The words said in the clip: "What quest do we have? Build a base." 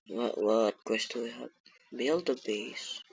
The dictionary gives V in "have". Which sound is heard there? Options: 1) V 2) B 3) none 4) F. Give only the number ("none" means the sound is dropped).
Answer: 2